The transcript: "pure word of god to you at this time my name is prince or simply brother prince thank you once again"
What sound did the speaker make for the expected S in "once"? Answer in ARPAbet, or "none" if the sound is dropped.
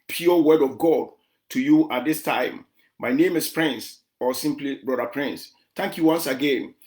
S